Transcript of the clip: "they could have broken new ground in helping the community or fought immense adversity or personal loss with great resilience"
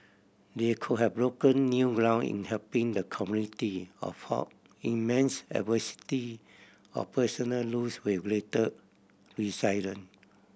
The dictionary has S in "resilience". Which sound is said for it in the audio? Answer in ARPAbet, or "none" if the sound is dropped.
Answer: none